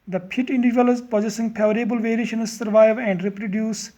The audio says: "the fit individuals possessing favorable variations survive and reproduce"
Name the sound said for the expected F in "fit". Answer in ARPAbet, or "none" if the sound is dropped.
P